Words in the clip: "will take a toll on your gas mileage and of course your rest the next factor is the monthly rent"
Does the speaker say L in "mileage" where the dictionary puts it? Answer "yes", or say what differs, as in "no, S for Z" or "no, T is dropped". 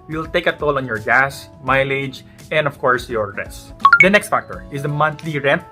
yes